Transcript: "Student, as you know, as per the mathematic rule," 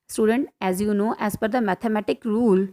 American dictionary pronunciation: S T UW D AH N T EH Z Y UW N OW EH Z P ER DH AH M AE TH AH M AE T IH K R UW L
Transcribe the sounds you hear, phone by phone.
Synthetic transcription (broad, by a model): S T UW D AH N T EH Z Y UW N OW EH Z F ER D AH M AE T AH M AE T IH K R UW L